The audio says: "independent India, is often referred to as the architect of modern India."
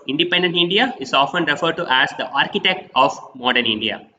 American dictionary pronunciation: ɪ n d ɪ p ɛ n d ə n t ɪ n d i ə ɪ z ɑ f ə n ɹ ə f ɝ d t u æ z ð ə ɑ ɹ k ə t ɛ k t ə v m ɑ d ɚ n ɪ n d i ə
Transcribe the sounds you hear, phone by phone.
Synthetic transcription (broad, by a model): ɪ n d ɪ p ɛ n d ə n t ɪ n d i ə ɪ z ɑ f ə n ɹ ə f ɝ d t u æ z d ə ɑ ɹ k ə t ɛ k t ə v m ɑ d ɚ n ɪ n d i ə